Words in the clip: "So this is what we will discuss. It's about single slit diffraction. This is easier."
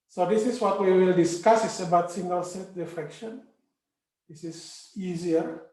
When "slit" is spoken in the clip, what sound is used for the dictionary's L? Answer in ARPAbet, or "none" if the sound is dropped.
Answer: none